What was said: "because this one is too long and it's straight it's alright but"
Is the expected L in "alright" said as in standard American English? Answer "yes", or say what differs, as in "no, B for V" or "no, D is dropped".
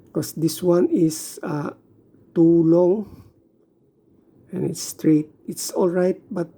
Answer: yes